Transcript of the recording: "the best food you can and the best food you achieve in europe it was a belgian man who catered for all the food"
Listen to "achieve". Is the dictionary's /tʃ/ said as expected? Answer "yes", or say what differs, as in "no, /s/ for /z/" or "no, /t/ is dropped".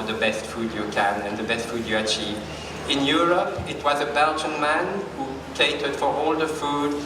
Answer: yes